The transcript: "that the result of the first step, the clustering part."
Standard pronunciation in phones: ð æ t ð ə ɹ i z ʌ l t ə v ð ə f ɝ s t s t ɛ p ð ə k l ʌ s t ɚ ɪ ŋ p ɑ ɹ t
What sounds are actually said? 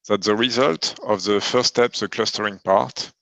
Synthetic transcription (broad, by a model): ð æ t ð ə ɹ i z ʌ l t ə v ð ə f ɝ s s t ɛ p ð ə k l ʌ s t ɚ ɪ ŋ p ɑ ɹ t